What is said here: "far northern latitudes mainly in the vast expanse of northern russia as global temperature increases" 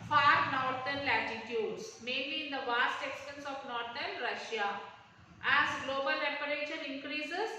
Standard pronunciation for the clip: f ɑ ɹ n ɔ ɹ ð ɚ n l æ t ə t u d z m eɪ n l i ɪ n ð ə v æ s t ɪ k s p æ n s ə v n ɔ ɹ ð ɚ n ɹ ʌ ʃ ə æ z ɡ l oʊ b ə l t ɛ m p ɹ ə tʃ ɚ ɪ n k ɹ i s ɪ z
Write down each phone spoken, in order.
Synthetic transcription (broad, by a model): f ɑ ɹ n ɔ ɹ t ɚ n l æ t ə t u d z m eɪ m l i ɪ n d ə v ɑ s t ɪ k s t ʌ n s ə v n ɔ ɹ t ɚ n ɹ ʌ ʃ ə æ z ɡ l oʊ b ə l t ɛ p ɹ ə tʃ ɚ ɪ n k ɹ i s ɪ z